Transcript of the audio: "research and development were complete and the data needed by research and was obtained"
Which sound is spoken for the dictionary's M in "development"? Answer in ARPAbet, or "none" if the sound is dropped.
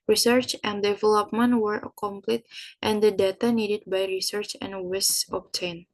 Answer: M